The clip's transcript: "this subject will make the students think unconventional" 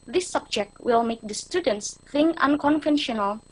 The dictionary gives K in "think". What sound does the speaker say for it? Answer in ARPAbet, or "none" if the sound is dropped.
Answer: none